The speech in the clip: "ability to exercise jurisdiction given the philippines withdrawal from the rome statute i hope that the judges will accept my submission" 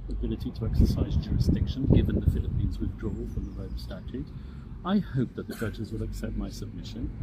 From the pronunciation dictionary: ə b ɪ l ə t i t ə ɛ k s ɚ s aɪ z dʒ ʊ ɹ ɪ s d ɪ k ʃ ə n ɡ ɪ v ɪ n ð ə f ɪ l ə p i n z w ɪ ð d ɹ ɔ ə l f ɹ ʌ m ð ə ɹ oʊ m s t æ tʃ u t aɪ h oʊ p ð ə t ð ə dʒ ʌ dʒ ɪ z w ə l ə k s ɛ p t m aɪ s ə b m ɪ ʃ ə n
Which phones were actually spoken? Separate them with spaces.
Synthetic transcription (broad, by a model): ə b ɪ l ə t i t ə ɛ k s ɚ s aɪ z dʒ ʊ ɹ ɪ s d ɪ k ʃ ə n ɡ ɪ v ɪ n ð ə f ɪ l ə p i n z w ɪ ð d ɹ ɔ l f ɹ ʌ m ð ə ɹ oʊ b s t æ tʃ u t aɪ h oʊ p ð ə t ð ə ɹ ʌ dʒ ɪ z w ə l ə k s ɛ p t m aɪ s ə b m ɪ ʃ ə n